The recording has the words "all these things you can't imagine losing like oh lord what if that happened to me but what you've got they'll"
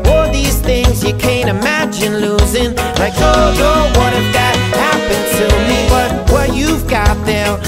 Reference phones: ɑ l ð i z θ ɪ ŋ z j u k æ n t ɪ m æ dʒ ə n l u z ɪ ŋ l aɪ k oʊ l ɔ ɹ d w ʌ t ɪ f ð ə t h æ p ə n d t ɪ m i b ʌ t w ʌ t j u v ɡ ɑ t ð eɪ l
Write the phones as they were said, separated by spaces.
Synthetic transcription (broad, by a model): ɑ ð i z θ ɪ ŋ z j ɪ k æ n t ɪ m æ dʒ ə n l u z ɪ ŋ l aɪ k oʊ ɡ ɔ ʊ w ʌ t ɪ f ð ə t h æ p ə n t ɪ m i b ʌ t w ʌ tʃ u v ɡ ɑ t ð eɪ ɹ